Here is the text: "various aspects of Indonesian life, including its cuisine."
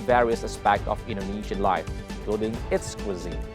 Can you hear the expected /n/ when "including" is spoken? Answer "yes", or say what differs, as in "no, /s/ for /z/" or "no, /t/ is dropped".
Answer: no, /n/ is dropped